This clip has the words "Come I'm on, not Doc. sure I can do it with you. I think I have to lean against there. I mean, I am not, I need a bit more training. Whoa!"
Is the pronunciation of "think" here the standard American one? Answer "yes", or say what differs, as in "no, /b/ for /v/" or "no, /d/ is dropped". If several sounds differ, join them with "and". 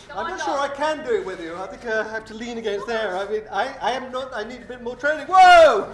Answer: yes